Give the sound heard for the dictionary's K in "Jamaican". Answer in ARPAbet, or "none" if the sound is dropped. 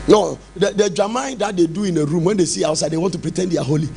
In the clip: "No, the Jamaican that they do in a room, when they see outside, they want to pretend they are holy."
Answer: none